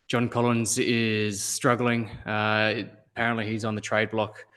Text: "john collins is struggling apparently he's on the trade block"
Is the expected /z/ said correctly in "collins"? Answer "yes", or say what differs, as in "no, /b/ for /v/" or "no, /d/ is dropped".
yes